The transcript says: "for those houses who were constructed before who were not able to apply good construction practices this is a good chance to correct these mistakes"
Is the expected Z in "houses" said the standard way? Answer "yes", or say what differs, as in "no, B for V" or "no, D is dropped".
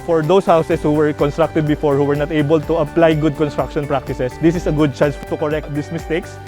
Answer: no, S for Z